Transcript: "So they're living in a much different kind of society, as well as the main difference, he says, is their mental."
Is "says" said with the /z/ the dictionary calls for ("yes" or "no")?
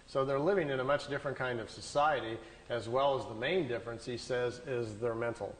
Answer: yes